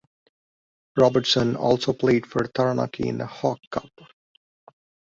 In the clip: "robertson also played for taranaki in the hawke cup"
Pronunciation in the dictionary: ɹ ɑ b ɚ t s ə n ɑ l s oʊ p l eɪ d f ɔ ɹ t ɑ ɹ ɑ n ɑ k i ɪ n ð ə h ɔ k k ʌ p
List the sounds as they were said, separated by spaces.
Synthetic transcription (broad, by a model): ɹ ɑ b ɚ t s ə n ɑ l s oʊ p l eɪ d f ɔ ɹ t ɑ ɹ ɑ n ɑ k i ɪ n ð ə h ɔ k k ʌ p